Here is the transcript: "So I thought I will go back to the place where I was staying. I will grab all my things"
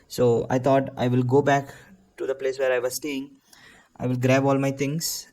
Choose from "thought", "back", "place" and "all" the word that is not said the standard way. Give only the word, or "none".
thought